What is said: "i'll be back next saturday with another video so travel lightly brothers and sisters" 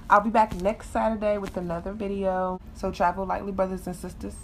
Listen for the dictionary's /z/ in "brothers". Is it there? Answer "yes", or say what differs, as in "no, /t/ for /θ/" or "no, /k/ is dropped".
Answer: yes